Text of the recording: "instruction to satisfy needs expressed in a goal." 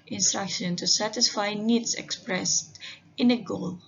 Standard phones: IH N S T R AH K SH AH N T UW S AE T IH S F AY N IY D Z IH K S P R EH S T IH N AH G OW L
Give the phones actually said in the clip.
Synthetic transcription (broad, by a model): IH N S T R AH K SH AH N T UW S AE T IH S F AY N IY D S IH K S P R EH S T IH N AH G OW L